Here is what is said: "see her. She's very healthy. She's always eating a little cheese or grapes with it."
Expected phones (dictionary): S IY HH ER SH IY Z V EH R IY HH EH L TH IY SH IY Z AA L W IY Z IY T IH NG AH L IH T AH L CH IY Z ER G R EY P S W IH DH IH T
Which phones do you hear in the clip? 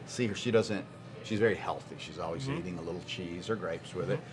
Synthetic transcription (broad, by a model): S IY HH ER SH IY Z V EH R IY HH EH L TH IY SH IY Z AA L W IY Z IY T IH NG AH L IH T L CH IY Z ER G R EY P S W IH DH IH T